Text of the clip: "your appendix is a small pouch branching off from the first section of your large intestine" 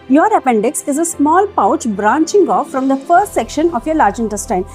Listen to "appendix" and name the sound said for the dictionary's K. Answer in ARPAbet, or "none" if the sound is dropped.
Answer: K